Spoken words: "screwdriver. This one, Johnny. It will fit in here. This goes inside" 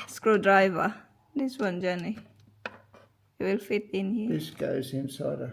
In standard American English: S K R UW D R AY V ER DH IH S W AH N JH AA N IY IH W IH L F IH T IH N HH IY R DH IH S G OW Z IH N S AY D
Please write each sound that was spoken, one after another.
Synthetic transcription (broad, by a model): S K R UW D R AY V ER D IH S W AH N JH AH N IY IH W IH L F IH T IH N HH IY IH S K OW S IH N S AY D